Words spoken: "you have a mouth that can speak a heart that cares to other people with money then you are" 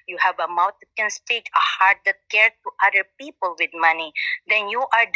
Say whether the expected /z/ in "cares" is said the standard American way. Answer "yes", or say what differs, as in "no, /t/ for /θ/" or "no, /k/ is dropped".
no, /z/ is dropped